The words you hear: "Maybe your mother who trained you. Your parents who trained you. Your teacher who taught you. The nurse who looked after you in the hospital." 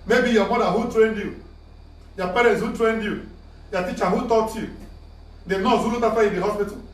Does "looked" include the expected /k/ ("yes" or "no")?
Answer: no